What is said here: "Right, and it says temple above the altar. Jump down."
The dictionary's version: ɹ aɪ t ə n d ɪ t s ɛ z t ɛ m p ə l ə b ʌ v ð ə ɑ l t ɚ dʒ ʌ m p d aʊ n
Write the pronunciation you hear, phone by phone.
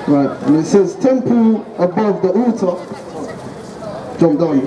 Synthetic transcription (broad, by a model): ɹ aɪ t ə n ɪ t s ɛ z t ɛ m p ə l ə b ʌ v ð ə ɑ t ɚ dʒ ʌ m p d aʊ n